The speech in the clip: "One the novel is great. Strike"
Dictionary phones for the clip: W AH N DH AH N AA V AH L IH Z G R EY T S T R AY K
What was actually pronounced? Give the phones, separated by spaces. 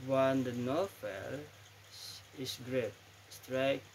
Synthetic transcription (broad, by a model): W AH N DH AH N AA F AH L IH S G R EY T S T R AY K